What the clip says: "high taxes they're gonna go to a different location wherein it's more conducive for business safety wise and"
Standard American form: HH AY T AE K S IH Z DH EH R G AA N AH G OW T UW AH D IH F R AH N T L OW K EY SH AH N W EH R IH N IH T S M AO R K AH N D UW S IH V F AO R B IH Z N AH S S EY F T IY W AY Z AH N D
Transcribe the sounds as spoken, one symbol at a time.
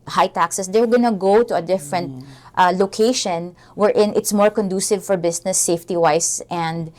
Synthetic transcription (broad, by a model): HH AY T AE K S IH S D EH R G AA N AH G OW T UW AH D IH F R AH N T L OW K EY SH AH N W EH R IH N IH T S M AO R K AH N D UW S IH V F AO R B IH S N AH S S EY F T IY W AY S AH N D